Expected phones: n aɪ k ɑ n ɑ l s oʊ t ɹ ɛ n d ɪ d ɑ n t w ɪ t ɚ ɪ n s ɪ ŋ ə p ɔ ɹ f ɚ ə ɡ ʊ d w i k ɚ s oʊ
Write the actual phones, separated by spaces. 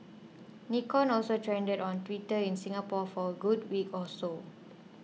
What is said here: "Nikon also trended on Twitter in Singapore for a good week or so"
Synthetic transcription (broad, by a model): n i k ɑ n ɑ l s oʊ t ɹ ɛ n d ɪ d ɑ n t w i t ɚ ɪ n s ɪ ŋ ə p ɔ f ə ɡ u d w i k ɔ s oʊ